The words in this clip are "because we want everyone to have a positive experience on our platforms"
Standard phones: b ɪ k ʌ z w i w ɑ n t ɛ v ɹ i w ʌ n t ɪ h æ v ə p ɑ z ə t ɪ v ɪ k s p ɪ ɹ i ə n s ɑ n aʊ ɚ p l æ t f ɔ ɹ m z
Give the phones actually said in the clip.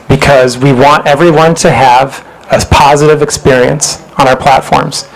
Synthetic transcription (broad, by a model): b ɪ k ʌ z w i w ɑ n t ɛ v ɹ i w ʌ n t ɪ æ v ə p ɑ z ə t ɪ v ɪ k s p ɪ ɹ i ə n s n aʊ ɚ p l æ t f ɔ ɹ m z